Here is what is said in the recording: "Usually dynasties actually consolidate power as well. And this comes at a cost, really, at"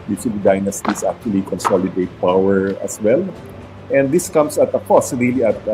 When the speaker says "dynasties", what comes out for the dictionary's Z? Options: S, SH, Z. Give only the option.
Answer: S